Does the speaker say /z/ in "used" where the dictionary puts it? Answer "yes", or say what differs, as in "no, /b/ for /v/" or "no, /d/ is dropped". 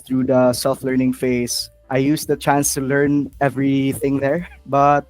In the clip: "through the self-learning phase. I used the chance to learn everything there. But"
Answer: no, /s/ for /z/